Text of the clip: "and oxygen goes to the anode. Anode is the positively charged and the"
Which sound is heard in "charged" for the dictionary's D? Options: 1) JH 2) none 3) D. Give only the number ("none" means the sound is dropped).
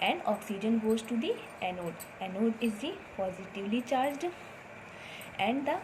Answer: 3